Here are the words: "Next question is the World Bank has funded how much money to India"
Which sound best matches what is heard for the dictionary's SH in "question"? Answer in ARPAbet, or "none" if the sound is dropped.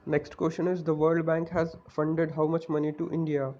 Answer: SH